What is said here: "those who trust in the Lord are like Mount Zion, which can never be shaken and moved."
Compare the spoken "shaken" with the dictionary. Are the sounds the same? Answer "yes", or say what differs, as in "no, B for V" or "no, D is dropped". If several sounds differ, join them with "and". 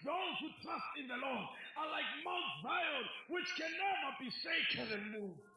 no, S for SH